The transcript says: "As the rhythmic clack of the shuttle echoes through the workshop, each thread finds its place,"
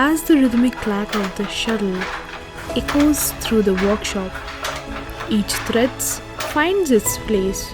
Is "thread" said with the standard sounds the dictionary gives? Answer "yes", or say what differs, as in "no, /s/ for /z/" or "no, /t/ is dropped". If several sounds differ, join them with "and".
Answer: no, /t/ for /θ/